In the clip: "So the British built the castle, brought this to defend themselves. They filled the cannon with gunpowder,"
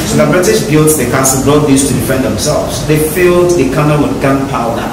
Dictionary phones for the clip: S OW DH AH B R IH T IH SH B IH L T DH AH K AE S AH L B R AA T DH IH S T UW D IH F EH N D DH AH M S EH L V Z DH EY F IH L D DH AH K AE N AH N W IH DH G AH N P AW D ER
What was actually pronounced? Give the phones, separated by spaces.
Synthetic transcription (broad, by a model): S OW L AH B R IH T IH S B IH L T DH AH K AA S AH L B R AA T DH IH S T UW D IH F EH N D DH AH M S EH L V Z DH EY F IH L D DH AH K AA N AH L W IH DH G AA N P AW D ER